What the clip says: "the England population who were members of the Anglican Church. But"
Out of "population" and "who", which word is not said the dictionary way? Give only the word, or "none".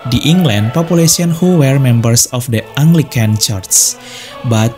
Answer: population